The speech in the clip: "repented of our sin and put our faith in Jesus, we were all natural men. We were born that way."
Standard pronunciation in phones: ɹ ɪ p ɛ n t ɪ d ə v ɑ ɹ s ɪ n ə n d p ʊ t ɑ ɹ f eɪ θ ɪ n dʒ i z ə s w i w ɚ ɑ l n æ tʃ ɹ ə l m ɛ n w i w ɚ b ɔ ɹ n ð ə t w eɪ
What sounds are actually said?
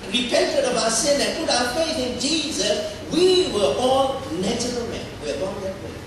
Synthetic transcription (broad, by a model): ɹ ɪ p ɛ n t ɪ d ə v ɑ s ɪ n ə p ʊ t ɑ f eɪ θ ɪ n dʒ i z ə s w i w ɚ ɑ l n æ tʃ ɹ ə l m ɛ n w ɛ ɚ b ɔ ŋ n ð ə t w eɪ